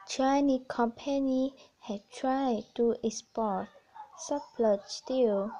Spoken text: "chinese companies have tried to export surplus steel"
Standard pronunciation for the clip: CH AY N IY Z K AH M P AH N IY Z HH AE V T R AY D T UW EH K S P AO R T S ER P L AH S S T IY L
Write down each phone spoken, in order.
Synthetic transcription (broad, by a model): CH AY N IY K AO M P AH N IY HH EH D T R AY D T UW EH S P AO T S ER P L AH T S T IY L